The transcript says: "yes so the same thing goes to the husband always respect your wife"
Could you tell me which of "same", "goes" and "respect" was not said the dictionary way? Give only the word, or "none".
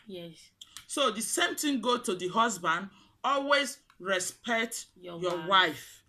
goes